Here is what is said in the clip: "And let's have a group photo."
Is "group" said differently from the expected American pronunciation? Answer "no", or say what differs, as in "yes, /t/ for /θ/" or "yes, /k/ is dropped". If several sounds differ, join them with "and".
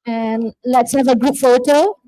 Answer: yes, /ɹ/ is dropped